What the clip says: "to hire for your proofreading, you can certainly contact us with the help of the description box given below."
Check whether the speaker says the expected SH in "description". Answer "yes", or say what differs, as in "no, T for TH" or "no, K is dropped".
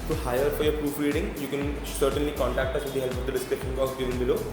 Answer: no, SH is dropped